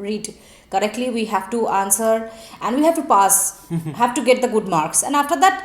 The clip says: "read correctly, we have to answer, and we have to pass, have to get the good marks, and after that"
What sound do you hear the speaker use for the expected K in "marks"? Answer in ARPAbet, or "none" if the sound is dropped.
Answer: K